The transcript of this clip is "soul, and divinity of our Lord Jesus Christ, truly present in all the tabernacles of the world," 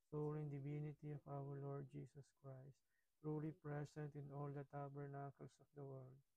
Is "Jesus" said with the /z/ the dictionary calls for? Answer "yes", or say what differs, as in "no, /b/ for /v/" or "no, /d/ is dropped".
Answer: no, /s/ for /z/